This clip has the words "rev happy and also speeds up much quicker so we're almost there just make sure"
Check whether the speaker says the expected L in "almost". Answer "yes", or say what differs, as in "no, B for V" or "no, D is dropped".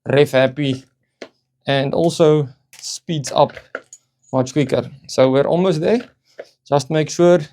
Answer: no, L is dropped